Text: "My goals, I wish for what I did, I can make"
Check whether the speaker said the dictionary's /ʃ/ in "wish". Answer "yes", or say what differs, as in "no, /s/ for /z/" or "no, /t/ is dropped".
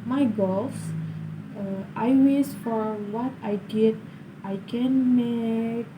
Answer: no, /s/ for /ʃ/